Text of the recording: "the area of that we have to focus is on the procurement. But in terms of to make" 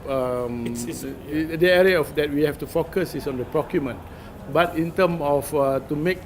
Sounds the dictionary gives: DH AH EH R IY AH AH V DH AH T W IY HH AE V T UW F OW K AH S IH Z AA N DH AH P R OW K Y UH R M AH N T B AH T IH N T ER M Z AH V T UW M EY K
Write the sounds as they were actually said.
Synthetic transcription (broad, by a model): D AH EH R IY AH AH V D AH T W IY HH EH F T UW F OW K AH S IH S AA N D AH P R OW K Y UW M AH N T B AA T IH N T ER M AH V T UW M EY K